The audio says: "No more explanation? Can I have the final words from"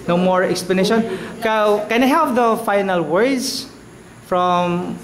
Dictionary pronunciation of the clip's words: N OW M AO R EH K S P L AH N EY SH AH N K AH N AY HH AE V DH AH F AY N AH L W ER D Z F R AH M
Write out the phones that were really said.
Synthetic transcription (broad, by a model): N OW M AO R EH K S P L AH N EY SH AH N K AH N AY HH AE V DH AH F AY N AH L W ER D S F R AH M